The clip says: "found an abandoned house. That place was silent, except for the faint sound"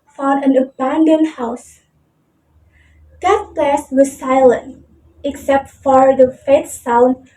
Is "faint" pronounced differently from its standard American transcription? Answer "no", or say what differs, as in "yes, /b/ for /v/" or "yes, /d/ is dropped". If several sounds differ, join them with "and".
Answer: yes, /n/ is dropped